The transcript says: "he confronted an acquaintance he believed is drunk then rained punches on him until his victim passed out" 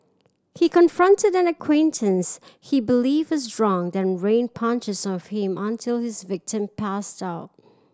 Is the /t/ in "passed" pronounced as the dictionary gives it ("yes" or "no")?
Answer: yes